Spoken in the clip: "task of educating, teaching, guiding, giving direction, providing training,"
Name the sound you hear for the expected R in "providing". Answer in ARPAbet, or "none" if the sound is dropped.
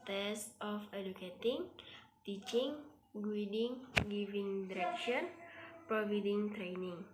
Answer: none